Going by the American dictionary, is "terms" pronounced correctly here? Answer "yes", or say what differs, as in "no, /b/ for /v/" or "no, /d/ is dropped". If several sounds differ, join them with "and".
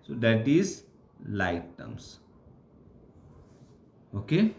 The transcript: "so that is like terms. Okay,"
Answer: no, /s/ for /z/